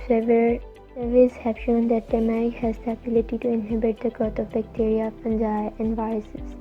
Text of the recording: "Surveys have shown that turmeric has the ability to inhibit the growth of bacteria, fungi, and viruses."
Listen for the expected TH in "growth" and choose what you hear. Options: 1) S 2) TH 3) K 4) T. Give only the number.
4